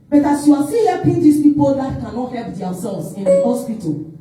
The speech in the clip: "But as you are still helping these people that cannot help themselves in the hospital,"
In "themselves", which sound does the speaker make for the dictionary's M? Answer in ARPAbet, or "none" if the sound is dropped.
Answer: none